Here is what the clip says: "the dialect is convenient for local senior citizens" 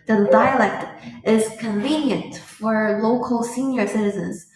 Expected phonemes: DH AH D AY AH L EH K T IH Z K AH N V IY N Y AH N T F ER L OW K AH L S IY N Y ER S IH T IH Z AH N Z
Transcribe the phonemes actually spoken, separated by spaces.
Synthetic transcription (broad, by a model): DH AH D AY AH L EH K T IH Z K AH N V IY N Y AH N T F ER L OW K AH L S IY N Y ER S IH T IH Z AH N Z